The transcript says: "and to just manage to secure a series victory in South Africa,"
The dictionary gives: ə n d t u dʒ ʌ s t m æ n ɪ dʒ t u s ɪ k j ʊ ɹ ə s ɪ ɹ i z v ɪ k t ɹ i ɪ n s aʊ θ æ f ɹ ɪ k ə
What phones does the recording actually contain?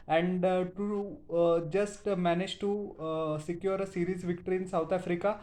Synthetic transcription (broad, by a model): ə n d t u dʒ ʌ s t m æ n ɪ dʒ t u s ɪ k j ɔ ɹ ə s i ɹ i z v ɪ k t ɹ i n s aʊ t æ f ɹ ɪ k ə